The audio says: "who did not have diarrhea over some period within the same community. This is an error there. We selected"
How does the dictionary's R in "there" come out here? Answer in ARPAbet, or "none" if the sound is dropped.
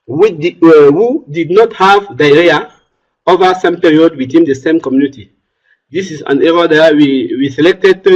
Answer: W